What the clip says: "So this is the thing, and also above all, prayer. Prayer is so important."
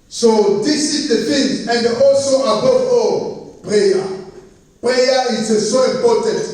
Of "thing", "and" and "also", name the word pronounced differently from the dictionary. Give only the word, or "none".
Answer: thing